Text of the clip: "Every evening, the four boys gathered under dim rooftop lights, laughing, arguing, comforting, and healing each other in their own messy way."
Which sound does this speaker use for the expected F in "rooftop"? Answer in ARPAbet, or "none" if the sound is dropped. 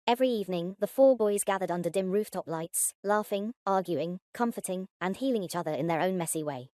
F